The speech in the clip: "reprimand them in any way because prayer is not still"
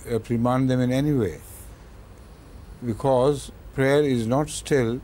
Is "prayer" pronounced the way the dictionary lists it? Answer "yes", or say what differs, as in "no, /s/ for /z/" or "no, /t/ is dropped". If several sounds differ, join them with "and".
yes